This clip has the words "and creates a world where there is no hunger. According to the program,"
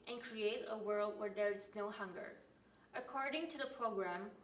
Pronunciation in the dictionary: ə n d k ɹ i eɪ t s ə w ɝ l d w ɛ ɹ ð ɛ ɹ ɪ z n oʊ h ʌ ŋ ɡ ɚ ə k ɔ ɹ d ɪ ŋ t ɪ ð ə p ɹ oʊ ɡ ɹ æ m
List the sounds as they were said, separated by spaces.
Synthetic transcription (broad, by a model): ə n k ɹ i eɪ t s ə w ɝ l d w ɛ ɹ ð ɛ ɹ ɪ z n oʊ h ʌ ŋ ɡ ɚ ə k ɔ ɹ d ɪ ŋ t ɪ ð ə p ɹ oʊ ɡ ɹ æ m